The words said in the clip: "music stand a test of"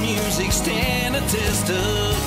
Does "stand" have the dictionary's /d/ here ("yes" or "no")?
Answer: no